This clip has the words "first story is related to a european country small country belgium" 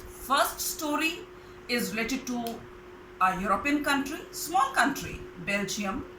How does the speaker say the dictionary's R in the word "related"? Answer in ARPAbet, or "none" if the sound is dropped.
R